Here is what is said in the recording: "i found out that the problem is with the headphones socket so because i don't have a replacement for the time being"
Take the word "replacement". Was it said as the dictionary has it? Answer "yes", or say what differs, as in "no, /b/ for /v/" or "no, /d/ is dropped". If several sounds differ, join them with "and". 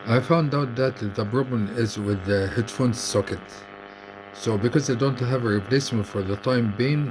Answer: yes